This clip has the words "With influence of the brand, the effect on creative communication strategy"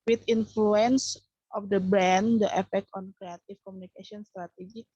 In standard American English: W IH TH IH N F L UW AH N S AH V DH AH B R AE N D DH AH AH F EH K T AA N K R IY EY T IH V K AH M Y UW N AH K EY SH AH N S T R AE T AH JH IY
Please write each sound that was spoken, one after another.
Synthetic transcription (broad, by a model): W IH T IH N F L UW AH N S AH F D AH B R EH N D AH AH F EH K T AA N K R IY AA T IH F K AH M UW N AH K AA S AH N S T R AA T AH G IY